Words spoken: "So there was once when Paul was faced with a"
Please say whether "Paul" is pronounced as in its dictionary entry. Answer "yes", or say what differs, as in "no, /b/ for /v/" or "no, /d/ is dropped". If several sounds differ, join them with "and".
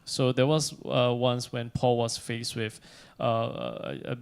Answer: yes